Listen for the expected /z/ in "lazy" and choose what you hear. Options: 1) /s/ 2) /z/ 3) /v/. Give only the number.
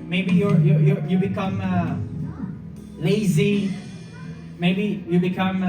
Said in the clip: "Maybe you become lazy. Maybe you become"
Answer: 2